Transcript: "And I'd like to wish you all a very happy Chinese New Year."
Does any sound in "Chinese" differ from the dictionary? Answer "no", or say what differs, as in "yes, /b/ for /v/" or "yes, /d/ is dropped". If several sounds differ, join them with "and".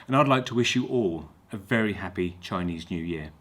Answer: no